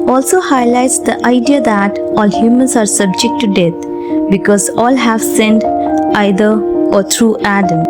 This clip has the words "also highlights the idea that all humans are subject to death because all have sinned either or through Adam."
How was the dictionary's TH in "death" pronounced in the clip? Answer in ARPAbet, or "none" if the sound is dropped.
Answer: T